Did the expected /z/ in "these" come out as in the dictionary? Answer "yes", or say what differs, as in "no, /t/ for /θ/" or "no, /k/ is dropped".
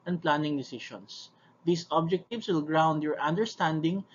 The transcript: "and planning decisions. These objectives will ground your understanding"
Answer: no, /s/ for /z/